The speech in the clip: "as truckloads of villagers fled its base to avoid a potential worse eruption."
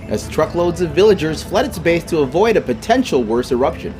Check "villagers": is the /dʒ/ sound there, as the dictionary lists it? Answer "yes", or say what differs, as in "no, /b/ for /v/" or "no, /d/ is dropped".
yes